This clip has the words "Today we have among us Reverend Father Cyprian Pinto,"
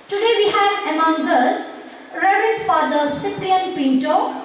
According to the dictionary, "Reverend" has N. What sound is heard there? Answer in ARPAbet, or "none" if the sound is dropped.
none